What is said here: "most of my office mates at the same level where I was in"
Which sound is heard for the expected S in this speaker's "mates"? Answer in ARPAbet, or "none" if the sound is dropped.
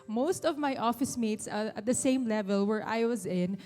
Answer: S